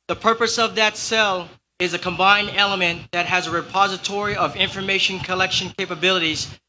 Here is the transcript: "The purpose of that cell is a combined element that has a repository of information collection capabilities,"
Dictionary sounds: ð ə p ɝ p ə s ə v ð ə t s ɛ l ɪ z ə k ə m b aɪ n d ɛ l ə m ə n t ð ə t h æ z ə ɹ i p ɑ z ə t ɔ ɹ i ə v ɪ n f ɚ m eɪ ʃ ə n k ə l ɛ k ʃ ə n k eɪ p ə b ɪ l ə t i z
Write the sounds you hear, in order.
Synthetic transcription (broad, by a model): ð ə p ɝ p ə s ə v ð ə t s ɛ l ɪ z ə k ə m b aɪ n d ɛ l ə m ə n ð ə t h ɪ z ə ɹ i p ɑ z ə t ɔ ɹ i ə v ɪ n f ɚ m eɪ ʃ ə n k ə l ɛ k ʃ ə n k eɪ p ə b ɪ l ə t i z